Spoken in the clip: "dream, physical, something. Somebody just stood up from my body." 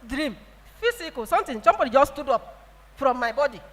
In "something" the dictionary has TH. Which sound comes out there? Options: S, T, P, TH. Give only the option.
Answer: T